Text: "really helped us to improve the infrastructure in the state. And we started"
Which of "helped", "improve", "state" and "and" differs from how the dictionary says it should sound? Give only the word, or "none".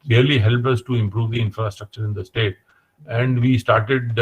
helped